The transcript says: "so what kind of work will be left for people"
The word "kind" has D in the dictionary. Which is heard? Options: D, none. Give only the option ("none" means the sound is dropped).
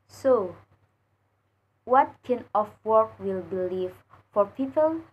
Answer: none